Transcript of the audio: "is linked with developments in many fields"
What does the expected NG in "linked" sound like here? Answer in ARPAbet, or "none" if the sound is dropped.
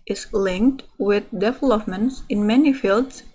NG